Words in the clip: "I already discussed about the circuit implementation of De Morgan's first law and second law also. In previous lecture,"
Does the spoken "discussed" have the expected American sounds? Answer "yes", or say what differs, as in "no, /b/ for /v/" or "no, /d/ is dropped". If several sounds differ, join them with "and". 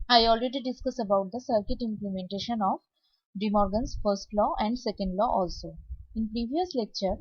no, /t/ is dropped